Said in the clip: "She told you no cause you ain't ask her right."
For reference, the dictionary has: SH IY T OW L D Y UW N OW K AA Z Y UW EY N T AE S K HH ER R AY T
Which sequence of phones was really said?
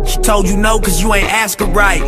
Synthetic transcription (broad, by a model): SH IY T OW L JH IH N OW K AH Z Y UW EY N T AE S K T R AY T